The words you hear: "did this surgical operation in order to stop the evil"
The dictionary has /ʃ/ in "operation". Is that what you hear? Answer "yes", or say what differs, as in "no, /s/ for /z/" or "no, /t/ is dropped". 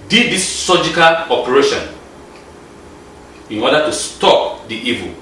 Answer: yes